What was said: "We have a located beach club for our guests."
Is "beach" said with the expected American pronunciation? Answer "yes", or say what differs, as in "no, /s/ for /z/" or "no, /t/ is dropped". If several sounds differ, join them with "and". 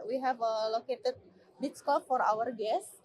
no, /s/ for /tʃ/